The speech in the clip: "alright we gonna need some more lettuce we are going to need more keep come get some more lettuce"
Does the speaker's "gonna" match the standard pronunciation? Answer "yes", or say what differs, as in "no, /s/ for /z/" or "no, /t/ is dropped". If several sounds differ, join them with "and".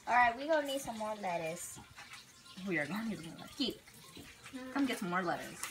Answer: no, /n/ is dropped